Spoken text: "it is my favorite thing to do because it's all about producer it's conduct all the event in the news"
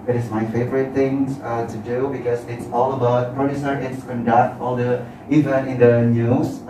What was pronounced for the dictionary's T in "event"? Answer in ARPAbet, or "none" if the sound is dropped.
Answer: none